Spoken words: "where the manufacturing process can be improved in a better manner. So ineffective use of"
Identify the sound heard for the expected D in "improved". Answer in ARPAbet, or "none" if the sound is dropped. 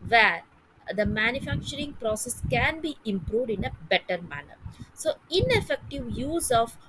D